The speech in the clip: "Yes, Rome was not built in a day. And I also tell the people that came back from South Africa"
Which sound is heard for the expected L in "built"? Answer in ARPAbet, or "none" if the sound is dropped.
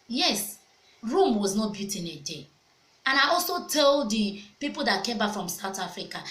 none